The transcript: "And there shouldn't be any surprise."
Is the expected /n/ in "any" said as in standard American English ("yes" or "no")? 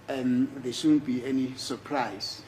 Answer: yes